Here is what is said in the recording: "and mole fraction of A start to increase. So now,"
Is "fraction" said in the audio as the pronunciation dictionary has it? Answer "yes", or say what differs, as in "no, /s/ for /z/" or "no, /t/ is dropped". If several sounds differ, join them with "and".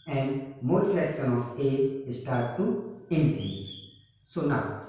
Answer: no, /ɹ/ is dropped